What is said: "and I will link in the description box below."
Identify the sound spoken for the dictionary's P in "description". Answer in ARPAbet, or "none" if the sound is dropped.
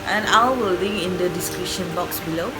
none